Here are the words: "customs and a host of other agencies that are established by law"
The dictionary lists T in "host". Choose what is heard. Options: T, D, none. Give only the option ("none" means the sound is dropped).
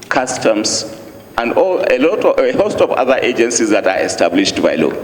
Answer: T